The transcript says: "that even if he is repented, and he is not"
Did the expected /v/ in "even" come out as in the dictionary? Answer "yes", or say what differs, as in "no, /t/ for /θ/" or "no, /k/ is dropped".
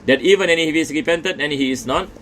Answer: yes